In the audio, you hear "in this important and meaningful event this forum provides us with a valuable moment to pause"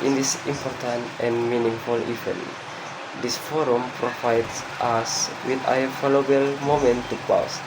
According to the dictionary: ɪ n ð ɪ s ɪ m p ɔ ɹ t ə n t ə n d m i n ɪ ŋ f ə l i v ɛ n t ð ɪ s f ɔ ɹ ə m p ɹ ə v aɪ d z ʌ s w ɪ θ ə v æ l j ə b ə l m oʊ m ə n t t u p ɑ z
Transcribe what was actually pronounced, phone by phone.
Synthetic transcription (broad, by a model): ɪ n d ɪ s ɪ m p ɔ ɹ t ə n t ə n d m i n ɪ ŋ f ə l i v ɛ n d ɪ s f ɔ ɹ ə m p ɹ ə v aɪ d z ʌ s w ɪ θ ə f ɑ l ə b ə l m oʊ m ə n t t u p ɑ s